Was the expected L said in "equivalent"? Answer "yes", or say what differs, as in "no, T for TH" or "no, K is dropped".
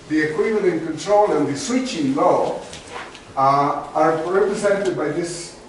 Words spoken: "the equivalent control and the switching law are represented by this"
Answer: no, N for L